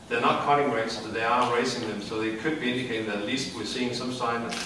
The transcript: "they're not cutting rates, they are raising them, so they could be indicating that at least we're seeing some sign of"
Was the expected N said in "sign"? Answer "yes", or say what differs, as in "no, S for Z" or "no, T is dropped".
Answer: no, N is dropped